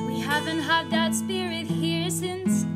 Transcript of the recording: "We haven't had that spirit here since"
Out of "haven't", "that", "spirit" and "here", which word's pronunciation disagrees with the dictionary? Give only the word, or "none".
none